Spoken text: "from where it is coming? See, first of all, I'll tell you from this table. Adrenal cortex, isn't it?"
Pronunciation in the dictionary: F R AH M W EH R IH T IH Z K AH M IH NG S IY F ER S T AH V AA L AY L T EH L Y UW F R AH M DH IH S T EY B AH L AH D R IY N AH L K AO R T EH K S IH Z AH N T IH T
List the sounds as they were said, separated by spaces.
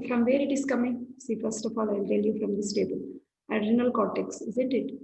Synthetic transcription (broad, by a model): F R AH M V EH R IH T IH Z K AH M IH NG S IY F ER S T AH F AA L AY L T EH L Y UW F R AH M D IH S T EY B AH L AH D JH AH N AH L K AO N T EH K S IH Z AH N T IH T